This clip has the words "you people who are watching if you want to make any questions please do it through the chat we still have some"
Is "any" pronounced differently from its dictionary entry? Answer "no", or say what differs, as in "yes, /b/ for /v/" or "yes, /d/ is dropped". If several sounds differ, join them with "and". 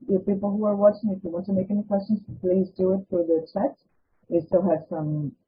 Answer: no